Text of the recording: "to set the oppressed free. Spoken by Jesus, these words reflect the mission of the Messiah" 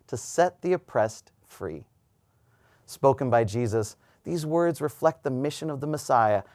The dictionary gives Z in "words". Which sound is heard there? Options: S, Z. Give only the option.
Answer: Z